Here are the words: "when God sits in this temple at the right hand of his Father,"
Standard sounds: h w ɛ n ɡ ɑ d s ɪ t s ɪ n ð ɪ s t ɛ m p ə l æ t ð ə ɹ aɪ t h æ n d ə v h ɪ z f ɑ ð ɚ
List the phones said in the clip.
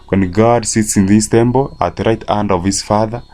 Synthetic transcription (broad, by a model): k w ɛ n ɡ ɑ d s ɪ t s ɪ n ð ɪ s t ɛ m b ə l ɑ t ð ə ɹ aɪ t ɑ n d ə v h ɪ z f ɑ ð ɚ